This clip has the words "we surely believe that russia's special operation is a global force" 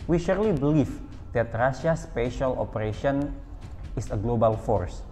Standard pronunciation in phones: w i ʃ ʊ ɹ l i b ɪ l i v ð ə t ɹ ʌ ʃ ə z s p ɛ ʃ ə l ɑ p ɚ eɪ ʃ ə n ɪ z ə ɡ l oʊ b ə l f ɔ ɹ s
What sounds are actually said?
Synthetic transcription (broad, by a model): w i ʃ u ɹ l i b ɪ l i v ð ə t ɹ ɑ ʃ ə s p ɛ ʃ ə l ɑ p ɚ eɪ ʃ ə n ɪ s ə ɡ l oʊ b ə l f ɔ ɹ s